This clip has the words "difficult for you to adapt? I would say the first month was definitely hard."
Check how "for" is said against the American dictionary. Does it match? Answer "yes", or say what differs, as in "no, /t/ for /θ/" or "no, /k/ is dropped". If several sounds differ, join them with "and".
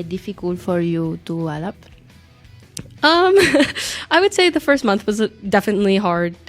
yes